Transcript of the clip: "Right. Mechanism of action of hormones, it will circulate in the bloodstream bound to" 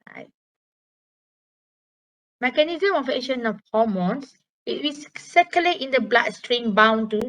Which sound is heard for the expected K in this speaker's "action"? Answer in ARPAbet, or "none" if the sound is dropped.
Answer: none